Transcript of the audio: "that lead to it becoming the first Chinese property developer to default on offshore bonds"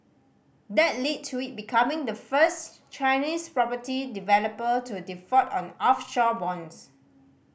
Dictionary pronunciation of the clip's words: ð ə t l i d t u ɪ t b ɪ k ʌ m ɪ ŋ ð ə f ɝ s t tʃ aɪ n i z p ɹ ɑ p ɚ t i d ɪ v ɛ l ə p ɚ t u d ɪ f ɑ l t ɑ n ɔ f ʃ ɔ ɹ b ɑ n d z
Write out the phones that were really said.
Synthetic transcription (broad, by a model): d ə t l i d t u ɪ t b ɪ k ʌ m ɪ ŋ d ə f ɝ s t tʃ aɪ n i s p ɹ ɑ p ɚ t i d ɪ v ɛ l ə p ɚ t u d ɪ f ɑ t ɑ n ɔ f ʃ ɔ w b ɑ n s